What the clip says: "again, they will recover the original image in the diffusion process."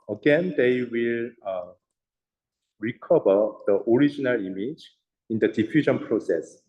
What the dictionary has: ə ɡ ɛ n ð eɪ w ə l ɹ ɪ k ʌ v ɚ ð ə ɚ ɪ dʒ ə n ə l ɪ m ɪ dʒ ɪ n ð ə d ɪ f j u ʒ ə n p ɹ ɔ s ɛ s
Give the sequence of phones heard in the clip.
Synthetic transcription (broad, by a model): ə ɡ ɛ n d eɪ w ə l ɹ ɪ k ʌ b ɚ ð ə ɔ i dʒ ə n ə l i m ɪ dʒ ɪ n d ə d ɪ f j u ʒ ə n p ɹ ɔ s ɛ s